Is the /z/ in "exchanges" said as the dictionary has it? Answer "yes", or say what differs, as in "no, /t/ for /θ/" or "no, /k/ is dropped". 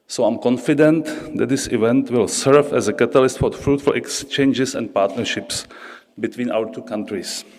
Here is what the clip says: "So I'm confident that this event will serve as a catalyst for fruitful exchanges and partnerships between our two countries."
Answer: no, /s/ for /z/